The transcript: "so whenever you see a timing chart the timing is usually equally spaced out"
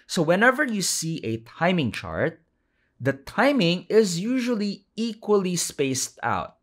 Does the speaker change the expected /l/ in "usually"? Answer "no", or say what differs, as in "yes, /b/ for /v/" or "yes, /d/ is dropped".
no